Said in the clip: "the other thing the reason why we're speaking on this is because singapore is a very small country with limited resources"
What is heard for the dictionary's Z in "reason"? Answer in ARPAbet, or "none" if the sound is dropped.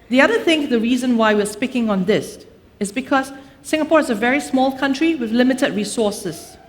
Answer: Z